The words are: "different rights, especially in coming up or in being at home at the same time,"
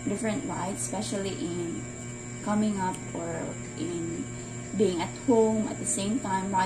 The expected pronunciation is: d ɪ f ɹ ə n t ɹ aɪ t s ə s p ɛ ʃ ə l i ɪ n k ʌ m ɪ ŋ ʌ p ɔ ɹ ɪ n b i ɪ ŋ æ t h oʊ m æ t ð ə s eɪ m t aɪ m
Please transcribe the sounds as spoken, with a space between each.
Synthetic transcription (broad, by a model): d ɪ f ɹ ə n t w aɪ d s s p ɛ ʃ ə l i ɪ n k ʌ m ɪ ŋ ʌ p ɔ ɹ ɪ n b i ɪ ŋ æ t h oʊ m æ t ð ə s eɪ m t aɪ m